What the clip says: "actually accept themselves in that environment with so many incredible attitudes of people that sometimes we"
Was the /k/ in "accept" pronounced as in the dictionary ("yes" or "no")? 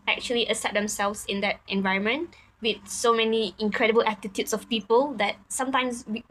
no